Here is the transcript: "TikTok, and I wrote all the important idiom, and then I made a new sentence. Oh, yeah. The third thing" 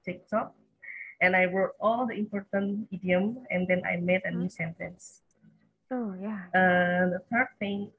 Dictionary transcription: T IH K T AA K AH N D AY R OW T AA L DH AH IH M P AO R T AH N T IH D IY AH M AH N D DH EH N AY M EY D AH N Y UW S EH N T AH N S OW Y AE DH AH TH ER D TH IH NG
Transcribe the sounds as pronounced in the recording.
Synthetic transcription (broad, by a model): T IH K T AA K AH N AY W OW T AA L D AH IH M P AO R T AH N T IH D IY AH M AH N D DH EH N AY M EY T AH N Y UW S EH N T AH N S OW Y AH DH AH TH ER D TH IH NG